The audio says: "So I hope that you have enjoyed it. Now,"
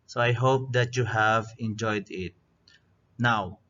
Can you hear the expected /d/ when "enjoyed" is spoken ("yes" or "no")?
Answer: yes